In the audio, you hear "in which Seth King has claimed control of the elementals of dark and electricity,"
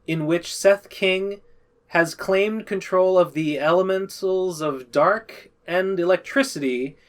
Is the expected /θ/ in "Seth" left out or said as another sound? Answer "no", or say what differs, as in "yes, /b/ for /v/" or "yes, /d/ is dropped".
no